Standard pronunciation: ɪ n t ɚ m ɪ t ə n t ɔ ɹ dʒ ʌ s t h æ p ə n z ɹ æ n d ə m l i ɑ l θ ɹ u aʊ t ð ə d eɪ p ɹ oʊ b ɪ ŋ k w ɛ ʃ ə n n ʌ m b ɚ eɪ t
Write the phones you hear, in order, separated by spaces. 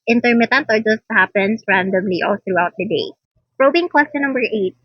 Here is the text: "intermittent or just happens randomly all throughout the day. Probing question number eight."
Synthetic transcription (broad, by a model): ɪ n t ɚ m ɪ t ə n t ɔ ɹ dʒ ʌ s t h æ p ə n s ɹ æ n d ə m l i ɑ l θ ɹ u aʊ t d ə d eɪ p ɹ oʊ b ɪ ŋ k w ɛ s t n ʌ m b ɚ eɪ t